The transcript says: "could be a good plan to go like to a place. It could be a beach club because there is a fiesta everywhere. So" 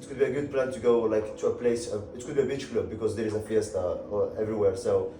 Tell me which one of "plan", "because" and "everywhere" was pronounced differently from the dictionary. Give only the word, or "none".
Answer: none